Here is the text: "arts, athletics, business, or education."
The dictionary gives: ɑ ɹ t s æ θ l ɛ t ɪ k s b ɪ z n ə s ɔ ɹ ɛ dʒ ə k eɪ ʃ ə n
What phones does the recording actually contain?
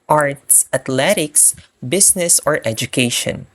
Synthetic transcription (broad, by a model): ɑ ɹ t s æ t l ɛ t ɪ k s b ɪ s n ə s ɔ ɹ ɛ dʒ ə k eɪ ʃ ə n